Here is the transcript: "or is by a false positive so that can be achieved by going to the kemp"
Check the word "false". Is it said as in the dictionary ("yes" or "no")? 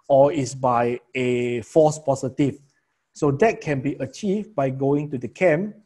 no